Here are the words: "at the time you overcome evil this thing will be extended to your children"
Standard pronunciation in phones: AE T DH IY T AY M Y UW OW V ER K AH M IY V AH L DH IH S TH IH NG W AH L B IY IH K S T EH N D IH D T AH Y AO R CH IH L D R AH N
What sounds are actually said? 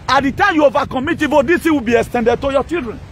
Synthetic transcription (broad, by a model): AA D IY T AY M Y UW OW V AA K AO M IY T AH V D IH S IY W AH B IY IH K S T EH N D IH D T AH Y AO CH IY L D R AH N